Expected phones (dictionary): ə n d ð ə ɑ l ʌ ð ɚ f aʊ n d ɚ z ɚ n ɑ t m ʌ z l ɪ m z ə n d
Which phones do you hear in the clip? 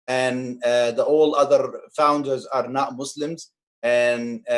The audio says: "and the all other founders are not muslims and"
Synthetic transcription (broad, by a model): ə n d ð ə ɑ l ʌ ð ɚ f aʊ n d ɚ z ɚ n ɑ t m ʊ s l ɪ m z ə n